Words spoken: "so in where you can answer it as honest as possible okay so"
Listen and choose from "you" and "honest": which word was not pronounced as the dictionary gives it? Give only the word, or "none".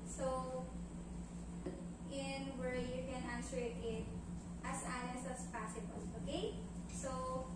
honest